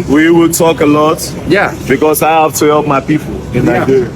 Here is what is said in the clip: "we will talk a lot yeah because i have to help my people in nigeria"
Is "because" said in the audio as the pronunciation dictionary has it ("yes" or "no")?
no